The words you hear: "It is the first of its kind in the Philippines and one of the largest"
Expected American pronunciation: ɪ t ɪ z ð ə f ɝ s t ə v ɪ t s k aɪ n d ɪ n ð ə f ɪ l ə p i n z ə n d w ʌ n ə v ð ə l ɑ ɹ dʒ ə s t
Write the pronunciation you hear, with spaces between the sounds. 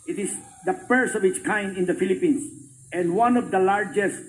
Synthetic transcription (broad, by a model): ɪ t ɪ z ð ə p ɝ s ə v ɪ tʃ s k aɪ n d ɪ n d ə f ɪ l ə p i n s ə n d w ʌ n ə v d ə l ɑ ɹ dʒ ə s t